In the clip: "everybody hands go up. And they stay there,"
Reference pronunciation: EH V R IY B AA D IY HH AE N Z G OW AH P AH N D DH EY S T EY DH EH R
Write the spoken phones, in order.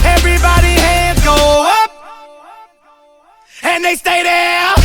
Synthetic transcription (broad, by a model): EH V R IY B AA D IY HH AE Z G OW AH P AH N DH EY S T EY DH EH